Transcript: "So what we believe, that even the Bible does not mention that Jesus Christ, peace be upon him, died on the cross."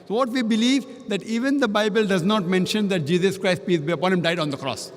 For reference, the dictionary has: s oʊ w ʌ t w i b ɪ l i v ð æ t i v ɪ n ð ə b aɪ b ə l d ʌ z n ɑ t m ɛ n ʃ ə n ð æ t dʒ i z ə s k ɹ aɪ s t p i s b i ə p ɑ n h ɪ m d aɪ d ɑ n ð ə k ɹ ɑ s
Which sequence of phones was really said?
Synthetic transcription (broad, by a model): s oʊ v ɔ t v i b ɪ l i v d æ t i v ɪ n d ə b aɪ b ə l d ʌ z n ɑ t m ɛ n ʃ ə n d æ t dʒ i z ə s k ɹ aɪ s t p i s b ə p ɑ n h ɪ m d aɪ d ɑ n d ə k ɹ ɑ s